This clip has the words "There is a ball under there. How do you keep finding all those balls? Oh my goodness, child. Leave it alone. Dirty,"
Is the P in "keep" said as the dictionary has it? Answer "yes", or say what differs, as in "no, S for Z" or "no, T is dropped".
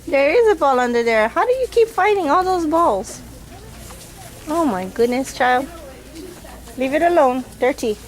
yes